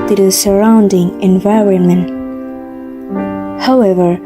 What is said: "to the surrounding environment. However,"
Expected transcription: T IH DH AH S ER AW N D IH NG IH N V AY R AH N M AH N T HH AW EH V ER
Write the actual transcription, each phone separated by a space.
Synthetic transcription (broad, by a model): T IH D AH S ER AW N D IH NG IH N V AY R AH N M AH N T HH AW EH V ER